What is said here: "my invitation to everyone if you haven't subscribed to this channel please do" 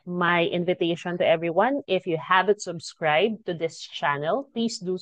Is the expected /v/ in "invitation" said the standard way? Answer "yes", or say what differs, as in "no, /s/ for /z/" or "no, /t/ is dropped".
yes